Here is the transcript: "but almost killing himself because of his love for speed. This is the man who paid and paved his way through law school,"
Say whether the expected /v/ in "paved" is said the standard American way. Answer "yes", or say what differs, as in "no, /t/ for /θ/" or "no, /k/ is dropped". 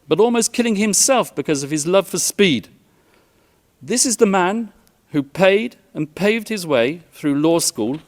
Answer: yes